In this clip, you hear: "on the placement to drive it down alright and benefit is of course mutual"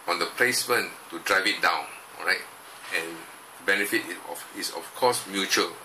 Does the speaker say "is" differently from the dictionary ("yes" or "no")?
yes